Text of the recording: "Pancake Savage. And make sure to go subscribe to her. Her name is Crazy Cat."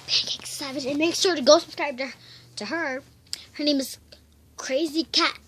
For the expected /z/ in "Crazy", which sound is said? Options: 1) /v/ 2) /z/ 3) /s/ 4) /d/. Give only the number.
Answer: 2